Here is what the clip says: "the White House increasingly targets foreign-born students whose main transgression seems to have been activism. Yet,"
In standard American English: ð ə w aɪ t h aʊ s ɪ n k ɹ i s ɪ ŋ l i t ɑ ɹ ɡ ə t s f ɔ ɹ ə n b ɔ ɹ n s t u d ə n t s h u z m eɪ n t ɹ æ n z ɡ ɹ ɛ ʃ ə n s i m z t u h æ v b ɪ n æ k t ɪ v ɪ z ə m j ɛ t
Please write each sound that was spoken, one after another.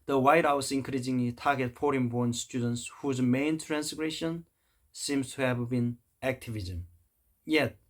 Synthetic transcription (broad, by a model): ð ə w aɪ t h aʊ s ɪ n k ɹ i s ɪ ŋ l i t ɑ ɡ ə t f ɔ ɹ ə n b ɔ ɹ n s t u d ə n t s h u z m eɪ n t ɹ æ n s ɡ ɹ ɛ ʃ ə n s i m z t u h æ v b ɪ n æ k t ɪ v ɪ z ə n j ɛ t